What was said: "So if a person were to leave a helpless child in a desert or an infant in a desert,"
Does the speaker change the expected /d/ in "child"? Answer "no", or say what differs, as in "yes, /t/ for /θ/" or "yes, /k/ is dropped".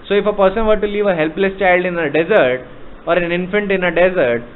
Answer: no